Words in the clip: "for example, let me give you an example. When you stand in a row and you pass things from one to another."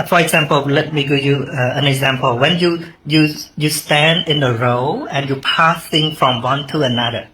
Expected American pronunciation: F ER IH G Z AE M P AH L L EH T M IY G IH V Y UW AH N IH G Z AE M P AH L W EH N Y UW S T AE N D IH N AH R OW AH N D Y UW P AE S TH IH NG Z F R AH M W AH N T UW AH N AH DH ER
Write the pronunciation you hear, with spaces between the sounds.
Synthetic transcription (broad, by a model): F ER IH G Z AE M P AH L L EH T M IY G IH V Y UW AH N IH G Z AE M P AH L W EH N Y UW S T AE N D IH N AH R OW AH N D Y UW P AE S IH NG F R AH M W AH N T UW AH N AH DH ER